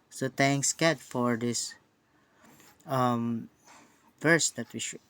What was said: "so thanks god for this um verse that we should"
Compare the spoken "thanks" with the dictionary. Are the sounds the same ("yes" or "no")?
no